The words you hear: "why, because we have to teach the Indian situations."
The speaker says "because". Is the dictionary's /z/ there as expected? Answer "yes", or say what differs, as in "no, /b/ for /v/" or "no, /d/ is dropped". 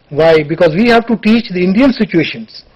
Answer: yes